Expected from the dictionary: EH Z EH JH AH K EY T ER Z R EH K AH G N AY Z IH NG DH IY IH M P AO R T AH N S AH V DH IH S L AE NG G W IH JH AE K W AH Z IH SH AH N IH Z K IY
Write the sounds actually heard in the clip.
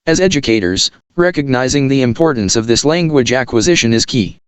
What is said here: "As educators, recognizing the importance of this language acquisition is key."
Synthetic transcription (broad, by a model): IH Z EH JH AH K EY T ER Z R EH K AH G N AY Z IH NG DH IY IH M P AO R T N S AH V DH IH S L AE NG G W IH JH AE K W AH Z IH SH AH N IH Z K IY